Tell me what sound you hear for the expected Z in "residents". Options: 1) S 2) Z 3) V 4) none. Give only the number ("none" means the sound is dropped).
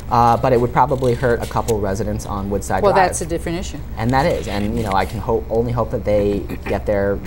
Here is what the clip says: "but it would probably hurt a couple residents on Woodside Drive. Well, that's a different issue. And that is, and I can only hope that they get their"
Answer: 2